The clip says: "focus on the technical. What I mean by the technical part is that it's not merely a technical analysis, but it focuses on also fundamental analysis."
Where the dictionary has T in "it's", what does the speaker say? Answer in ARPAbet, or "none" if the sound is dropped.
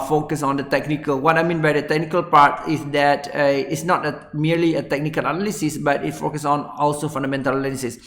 T